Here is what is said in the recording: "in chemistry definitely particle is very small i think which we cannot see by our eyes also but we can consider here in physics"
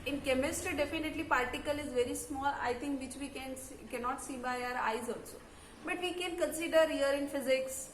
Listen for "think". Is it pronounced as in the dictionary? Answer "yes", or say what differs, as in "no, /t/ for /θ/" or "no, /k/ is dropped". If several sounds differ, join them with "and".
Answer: no, /t/ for /θ/